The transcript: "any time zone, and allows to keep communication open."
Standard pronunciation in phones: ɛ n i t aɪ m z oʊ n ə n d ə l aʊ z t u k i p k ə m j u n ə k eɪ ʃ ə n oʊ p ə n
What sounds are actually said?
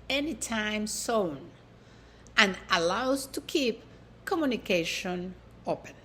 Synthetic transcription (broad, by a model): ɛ n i t aɪ m s oʊ n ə n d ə l aʊ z t u k i p k ə m j u n ə k eɪ ʃ ə n oʊ p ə n